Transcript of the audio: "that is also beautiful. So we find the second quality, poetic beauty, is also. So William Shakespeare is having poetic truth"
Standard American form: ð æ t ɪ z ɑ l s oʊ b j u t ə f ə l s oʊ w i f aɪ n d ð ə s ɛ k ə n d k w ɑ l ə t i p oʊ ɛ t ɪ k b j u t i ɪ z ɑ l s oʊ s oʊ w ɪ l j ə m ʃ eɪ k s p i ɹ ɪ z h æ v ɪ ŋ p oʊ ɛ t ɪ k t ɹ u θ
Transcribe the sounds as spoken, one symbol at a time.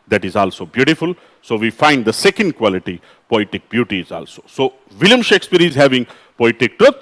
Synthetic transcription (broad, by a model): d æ t ɪ z ɑ l s oʊ b j u t ə f ə l s oʊ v i f aɪ n d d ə s ɛ k ə n d k w ɑ l ə t i p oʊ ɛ t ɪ k b j u t i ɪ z ɑ l s oʊ s oʊ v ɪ l j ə m ʃ eɪ k s p i ɹ ɪ z h æ v ɪ ŋ p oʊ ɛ t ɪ k t ɹ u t